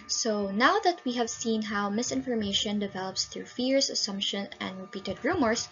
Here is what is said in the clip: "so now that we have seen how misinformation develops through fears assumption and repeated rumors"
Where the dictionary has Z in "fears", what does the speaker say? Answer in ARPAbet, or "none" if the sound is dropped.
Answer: S